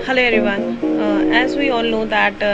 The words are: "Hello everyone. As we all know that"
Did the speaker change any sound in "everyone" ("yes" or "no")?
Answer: yes